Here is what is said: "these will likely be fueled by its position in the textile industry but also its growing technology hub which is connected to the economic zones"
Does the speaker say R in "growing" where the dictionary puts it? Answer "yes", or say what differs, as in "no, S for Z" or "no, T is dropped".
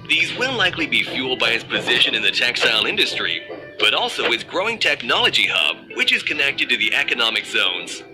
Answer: yes